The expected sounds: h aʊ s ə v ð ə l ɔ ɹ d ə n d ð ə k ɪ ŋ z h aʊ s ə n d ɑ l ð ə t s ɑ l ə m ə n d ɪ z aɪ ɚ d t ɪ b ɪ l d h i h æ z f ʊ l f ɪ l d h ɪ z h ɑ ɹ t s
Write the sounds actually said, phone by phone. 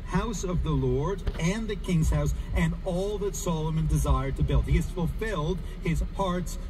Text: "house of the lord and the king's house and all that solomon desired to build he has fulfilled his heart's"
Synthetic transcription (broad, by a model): h aʊ s ə v ð ə l ɔ ɹ d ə n ð ə k ɪ ŋ z h aʊ s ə n ɑ l ð ə t s ɑ l ə m ə n d ɪ z aɪ ɚ d t ɪ b ɪ l d h i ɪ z f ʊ l f ɪ l d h ɪ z h ɑ ɹ t s